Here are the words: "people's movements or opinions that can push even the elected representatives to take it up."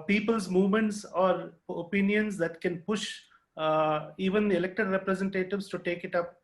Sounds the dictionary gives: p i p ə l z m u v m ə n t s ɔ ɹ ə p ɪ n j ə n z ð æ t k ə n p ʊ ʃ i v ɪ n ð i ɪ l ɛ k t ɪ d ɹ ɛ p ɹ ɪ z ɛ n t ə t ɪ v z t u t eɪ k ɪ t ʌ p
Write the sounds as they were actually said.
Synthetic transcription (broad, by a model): p i p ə l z m u v m ə n t s ɔ ɹ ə p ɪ n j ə n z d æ t k ə n p ʊ ʃ i v ɪ n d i ɪ l ɛ k t ɪ d ɹ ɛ p ɹ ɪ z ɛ n t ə t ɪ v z t u t eɪ k ɪ t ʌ p